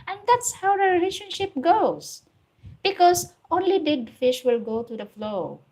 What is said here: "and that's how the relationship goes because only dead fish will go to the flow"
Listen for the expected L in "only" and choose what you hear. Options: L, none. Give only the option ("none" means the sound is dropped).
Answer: L